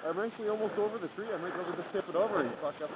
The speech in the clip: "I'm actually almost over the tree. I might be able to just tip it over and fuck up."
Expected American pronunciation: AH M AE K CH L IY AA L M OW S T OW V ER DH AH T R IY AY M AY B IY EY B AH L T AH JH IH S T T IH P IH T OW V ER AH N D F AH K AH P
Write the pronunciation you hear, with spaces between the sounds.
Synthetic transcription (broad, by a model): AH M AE CH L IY AA L M OW S T OW V ER DH AH T R IY AY M AY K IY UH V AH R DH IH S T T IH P IH T OW V ER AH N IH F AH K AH